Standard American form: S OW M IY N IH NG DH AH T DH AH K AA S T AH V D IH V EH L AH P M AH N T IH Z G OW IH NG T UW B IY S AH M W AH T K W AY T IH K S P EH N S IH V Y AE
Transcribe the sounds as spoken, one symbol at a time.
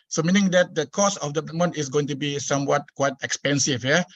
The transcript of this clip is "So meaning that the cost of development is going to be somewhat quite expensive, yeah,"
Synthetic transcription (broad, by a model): S OW M IY N IH NG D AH T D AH K AA S AH F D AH M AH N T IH S G OW IH NG T UW B IY S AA M W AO T K W AY T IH K S P EH N S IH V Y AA